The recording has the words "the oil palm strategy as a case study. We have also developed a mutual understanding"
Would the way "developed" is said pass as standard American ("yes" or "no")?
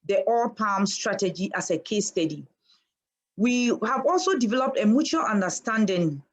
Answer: yes